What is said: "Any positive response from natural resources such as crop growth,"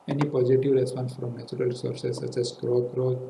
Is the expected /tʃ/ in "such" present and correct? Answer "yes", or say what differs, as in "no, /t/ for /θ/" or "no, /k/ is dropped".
no, /s/ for /tʃ/